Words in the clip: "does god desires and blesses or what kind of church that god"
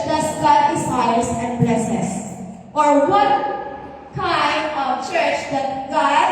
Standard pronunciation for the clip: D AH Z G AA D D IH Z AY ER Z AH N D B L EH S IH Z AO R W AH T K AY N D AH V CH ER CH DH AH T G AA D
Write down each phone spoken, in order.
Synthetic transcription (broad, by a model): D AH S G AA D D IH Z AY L S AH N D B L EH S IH S AO R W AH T K AY N D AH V CH ER CH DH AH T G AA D